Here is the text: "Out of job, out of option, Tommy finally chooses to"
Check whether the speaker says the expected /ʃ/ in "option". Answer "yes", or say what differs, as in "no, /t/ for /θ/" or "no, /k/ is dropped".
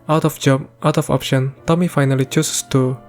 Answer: yes